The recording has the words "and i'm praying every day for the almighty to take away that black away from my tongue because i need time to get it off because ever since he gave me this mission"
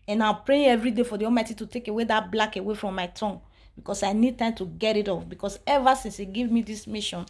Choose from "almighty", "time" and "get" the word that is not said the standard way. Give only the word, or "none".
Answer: almighty